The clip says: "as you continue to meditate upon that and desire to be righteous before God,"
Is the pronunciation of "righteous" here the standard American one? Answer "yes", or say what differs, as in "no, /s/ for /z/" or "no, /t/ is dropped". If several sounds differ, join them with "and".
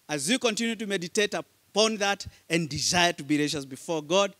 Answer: no, /ʃ/ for /tʃ/